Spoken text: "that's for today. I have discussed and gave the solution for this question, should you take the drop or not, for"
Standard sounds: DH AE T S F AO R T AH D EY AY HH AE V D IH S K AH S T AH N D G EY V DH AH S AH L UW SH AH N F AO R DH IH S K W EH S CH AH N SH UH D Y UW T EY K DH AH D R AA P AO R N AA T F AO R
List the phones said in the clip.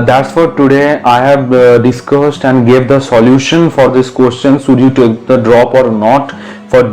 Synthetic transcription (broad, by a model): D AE T S F AO R T AH D EY AY HH AE V D IH S K AH S T AH N D G EY V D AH S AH L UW SH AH N F AO R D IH S K W EH S CH AH N S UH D Y UW T EY K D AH D R AA P AO R N AA T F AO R